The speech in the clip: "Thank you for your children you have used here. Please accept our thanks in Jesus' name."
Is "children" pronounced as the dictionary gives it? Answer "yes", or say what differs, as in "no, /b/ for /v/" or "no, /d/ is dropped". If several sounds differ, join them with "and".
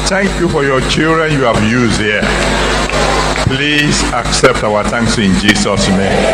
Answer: yes